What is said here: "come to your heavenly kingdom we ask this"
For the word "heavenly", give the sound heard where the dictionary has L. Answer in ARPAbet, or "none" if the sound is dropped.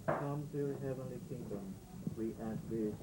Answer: L